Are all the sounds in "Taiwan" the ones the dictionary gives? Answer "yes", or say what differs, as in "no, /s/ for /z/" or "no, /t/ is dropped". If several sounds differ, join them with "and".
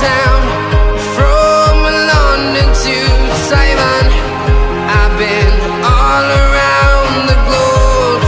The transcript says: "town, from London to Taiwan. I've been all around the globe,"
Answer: no, /s/ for /t/